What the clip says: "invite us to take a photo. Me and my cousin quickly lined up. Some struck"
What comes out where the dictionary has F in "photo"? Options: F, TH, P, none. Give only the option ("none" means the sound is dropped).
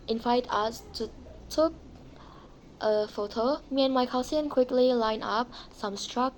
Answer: F